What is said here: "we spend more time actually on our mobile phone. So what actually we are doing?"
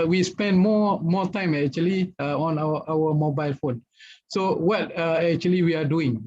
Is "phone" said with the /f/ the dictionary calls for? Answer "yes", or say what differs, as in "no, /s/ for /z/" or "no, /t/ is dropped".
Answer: yes